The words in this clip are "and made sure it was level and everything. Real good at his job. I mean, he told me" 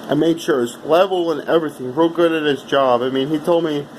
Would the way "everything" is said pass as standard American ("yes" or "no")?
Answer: yes